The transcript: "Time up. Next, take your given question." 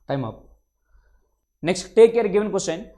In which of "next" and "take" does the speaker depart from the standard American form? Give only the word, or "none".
none